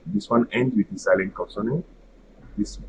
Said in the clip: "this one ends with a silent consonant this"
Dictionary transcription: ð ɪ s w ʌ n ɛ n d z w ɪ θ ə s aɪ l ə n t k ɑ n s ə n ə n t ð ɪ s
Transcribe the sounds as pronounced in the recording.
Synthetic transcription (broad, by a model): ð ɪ s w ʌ n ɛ n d w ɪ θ ə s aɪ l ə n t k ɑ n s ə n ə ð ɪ s